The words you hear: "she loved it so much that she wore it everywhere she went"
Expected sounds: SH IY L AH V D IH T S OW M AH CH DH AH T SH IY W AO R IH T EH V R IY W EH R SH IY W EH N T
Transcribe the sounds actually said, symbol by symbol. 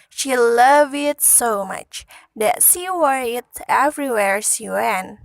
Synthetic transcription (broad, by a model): SH IY L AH V IH T S OW M AH CH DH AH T SH IY W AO R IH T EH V R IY W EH R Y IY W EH N